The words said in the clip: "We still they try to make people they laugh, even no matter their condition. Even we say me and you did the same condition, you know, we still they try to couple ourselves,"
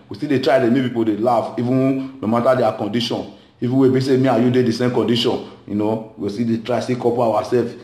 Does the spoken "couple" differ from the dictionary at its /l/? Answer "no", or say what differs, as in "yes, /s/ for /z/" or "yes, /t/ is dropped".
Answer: yes, /w/ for /l/